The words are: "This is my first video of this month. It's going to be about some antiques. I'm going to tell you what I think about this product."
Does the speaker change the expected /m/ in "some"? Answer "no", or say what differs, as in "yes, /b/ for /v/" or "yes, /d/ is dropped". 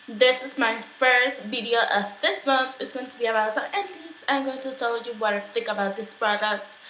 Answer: yes, /m/ is dropped